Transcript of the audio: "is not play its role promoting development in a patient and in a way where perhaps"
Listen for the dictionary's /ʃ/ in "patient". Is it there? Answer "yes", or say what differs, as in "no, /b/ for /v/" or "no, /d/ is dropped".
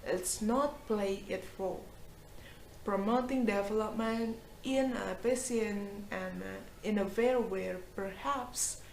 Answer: no, /s/ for /ʃ/